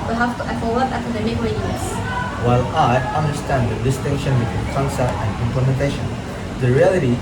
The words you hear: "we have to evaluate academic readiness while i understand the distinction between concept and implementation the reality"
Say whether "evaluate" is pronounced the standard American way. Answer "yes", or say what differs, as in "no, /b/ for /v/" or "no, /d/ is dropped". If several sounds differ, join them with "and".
no, /f/ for /v/